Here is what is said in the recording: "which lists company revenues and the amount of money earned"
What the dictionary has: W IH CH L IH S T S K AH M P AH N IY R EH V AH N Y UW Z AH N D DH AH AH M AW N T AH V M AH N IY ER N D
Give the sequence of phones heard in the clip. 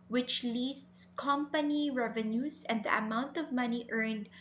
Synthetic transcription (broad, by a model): W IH CH L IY S T S K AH M P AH N IY R EH V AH N Y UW S AH N D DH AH AH M AW N T AH V M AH N IY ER N D